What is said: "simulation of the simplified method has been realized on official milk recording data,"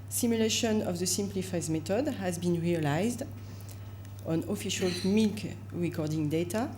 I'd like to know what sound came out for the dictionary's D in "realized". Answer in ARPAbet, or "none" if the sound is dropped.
D